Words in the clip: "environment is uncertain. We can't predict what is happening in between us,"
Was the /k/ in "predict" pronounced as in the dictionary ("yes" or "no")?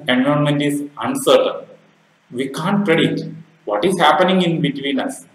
no